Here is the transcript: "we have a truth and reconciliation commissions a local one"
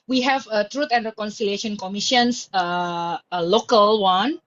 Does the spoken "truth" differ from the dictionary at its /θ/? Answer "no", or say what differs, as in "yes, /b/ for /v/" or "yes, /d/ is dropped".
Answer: yes, /t/ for /θ/